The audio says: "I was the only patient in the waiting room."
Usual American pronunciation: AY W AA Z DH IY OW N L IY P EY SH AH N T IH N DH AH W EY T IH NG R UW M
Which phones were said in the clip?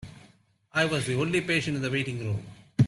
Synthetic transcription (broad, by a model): AY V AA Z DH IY OW L IY P EY SH AH N T IH N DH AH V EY T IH NG R UW M